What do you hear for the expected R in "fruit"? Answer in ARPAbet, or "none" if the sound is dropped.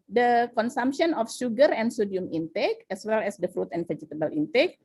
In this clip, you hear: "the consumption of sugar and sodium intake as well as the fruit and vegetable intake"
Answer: R